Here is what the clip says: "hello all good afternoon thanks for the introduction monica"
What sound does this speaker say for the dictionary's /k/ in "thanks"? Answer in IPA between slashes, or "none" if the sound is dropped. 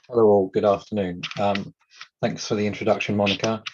/k/